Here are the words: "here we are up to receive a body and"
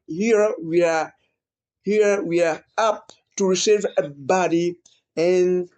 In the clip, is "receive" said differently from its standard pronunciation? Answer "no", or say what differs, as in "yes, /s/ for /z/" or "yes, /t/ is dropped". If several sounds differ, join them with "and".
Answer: no